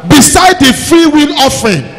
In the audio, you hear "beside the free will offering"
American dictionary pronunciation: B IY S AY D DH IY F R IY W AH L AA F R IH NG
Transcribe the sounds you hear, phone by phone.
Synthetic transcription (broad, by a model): B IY S AY D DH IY F R IY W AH N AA F R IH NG